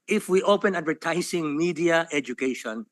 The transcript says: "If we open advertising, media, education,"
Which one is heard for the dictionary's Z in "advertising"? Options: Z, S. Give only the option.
S